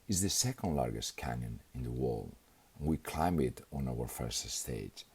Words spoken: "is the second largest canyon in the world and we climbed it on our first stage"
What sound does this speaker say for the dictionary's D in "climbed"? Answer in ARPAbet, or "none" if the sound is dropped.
none